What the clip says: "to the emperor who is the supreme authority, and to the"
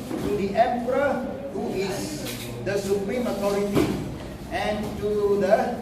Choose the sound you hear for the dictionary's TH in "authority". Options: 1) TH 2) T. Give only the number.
2